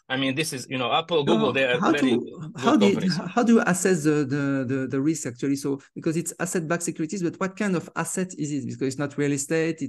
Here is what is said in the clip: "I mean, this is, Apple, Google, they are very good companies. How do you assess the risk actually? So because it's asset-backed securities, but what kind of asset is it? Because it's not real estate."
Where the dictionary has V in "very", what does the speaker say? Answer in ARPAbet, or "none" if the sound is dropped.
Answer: W